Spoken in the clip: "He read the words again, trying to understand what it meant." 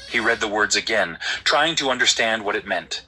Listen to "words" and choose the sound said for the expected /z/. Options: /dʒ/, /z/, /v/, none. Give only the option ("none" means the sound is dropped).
/z/